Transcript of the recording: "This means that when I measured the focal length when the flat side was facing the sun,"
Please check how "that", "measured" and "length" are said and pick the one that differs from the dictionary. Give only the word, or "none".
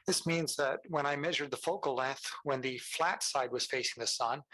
length